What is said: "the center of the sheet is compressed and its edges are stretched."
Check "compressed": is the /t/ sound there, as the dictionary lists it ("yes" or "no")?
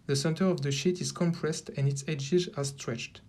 yes